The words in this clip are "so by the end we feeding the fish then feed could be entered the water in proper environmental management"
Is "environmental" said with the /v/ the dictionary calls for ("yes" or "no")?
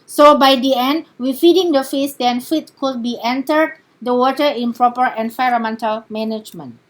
no